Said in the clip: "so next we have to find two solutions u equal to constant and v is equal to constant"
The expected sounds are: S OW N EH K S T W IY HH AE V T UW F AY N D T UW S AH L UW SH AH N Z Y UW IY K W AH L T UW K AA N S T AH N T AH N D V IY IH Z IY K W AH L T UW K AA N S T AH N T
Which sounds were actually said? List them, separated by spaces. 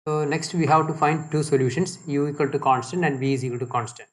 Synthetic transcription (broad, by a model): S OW N EH K S T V IY HH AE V T UW F AY N D T UW S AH L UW SH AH N S Y UW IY K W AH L T UW K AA N S T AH N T AH N D B IY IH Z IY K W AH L T UW K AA N S T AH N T